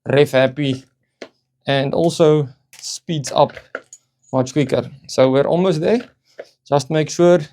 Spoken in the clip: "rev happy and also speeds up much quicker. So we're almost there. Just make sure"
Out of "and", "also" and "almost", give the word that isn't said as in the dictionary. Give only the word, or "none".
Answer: almost